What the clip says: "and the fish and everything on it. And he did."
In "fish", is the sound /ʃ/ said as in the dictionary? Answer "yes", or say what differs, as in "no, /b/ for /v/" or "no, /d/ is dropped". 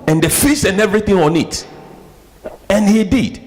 no, /s/ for /ʃ/